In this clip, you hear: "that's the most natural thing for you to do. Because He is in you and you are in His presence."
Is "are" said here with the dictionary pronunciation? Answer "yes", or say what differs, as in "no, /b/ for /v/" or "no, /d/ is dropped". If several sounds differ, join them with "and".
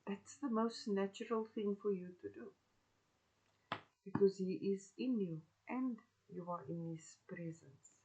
yes